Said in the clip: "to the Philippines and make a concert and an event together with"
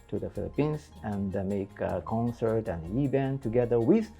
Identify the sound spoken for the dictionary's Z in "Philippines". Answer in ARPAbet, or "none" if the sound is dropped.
S